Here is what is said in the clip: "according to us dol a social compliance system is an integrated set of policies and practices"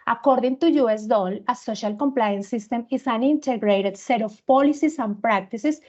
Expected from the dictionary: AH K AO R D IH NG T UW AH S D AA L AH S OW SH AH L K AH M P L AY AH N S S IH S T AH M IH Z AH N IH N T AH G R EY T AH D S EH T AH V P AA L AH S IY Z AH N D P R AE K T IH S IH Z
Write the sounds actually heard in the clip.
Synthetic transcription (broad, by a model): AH K AO R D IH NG T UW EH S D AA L AH S OW SH AH L K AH M P L AY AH N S S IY S T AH M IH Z AH N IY N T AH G R EY T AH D S EH T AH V P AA L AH S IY S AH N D P R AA K T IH S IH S